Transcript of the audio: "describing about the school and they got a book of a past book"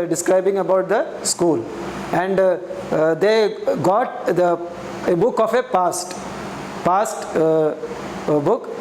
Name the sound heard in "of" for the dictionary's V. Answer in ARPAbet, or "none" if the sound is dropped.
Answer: P